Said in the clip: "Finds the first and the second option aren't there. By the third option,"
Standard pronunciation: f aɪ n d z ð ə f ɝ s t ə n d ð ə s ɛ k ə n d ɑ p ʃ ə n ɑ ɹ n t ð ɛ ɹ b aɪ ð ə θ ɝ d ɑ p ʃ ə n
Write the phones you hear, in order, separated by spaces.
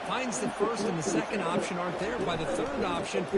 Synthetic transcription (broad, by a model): f aɪ n d z ð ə f ɝ s t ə n ð ə s ɛ k ə n d ɑ p ʃ ə n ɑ ɹ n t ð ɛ ɹ b aɪ ð ə θ ɝ d ɑ p ʃ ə n